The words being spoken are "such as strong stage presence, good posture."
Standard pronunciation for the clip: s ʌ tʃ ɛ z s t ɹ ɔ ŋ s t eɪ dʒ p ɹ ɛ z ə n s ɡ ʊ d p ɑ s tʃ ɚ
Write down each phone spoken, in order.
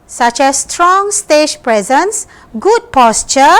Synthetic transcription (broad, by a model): s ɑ tʃ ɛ s t ɹ ɔ ŋ s t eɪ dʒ p ɹ ɛ z ə n s ɡ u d p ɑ s tʃ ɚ